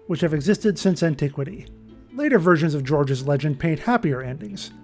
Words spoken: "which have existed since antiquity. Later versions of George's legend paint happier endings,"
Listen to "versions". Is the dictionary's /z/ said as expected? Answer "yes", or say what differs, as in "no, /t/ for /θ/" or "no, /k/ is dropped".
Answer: yes